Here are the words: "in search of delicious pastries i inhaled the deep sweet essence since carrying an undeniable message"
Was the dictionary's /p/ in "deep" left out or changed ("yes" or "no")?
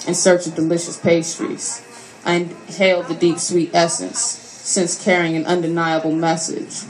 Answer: no